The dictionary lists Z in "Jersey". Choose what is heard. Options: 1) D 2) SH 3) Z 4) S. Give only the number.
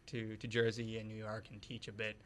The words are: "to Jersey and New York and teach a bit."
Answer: 3